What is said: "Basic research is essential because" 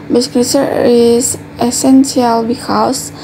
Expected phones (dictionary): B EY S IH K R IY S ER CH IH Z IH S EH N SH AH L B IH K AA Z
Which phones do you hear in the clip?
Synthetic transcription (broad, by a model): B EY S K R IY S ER IH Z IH S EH N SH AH L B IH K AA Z